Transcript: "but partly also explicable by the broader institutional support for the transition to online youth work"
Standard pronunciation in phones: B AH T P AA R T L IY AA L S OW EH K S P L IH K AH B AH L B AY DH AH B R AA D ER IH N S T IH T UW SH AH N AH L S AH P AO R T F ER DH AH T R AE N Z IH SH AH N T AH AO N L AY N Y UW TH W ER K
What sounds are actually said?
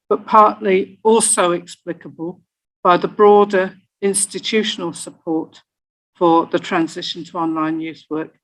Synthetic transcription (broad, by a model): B AH T P AA R T L IY AA L S OW EH K S P L IH K AH B AH L B AY DH AH B R AA D ER IH N S T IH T UW SH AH N AH L S AH P AO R T F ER DH AH T R AE N Z IH SH AH N T AH AO N L AY N Y UW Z W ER K